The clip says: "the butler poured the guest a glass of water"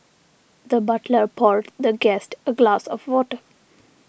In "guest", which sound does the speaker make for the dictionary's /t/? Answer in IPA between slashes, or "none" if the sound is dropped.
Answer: /t/